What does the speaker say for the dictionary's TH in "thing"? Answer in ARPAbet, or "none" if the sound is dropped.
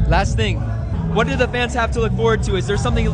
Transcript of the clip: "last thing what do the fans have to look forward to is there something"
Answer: TH